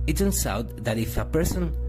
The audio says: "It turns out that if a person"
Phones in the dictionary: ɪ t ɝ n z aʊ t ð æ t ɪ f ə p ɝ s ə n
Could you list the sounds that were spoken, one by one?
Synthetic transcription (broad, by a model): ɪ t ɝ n s aʊ t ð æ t ɪ f ə p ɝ s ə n